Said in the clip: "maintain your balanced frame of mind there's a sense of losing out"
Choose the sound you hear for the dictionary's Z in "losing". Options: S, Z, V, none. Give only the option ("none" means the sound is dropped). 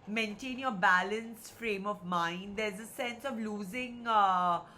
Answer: Z